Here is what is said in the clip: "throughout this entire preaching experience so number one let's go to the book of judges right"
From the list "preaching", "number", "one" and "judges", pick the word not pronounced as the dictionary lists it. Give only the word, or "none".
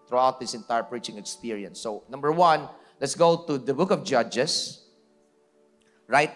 judges